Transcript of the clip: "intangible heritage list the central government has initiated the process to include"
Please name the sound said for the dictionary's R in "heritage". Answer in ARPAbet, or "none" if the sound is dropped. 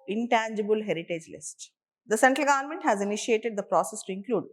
R